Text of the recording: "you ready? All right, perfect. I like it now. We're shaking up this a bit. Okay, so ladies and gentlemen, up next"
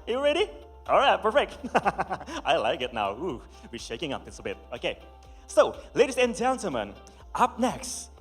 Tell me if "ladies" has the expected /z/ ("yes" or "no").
no